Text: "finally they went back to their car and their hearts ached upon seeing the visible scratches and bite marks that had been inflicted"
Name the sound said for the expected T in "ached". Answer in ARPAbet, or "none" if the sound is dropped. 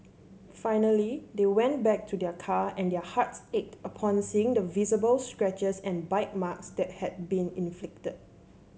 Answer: T